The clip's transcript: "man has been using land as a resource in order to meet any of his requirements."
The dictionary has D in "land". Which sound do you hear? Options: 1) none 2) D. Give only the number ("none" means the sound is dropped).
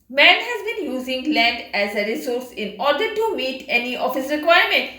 2